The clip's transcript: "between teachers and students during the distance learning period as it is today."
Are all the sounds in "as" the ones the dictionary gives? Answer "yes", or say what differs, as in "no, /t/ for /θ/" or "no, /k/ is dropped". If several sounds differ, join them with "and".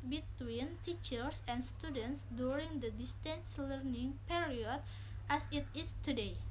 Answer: no, /s/ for /z/